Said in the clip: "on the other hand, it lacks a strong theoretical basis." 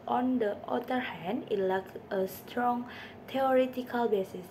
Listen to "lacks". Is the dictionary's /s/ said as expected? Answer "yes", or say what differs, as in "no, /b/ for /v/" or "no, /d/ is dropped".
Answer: no, /s/ is dropped